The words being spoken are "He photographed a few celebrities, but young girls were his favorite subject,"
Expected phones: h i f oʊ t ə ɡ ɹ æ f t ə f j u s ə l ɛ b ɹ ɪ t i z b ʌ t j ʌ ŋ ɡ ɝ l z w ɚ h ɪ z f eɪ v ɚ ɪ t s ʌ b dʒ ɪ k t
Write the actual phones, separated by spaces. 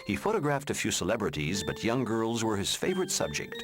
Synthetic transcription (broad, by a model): h i f oʊ t ə ɡ ɹ æ f t ə f j u s ə l ɛ b ɹ ɪ t i z b ʌ t j ʌ ŋ ɡ ɝ l z w ɚ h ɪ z f eɪ v ɚ ɪ t s ʌ b dʒ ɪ k t